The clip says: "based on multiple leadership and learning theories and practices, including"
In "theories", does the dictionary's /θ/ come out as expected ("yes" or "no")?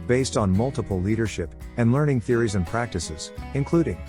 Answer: yes